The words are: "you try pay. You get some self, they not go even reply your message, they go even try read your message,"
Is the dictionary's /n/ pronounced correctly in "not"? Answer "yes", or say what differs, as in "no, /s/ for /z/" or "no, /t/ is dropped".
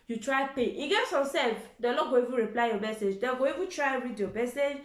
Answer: no, /l/ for /n/